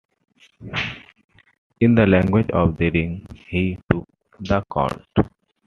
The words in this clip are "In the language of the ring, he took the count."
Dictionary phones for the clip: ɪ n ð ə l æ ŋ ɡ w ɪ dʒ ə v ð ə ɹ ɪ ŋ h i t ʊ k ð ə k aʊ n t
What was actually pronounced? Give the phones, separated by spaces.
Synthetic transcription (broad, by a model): ɪ n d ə l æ ŋ ɡ w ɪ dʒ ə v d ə ɹ ɪ ŋ h i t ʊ k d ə k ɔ l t